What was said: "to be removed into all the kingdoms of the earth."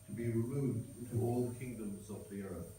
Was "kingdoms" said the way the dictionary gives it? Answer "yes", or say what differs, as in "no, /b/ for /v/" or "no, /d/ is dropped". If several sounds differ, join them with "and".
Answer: yes